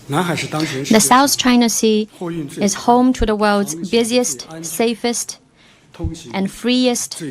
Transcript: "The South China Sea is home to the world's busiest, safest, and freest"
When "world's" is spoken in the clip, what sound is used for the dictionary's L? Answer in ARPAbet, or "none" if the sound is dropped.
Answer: L